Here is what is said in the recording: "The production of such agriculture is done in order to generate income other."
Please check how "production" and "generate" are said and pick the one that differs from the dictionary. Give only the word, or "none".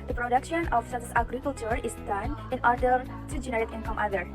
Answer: none